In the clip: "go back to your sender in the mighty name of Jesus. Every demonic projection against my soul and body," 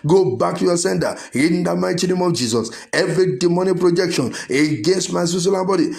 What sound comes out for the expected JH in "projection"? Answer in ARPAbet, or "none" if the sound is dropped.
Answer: JH